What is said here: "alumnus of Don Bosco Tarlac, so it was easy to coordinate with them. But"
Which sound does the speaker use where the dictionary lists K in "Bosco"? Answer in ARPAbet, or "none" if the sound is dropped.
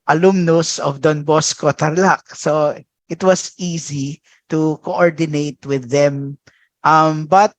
K